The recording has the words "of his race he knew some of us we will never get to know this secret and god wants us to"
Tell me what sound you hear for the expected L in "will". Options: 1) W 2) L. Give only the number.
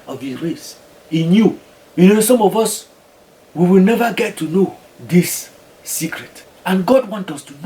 2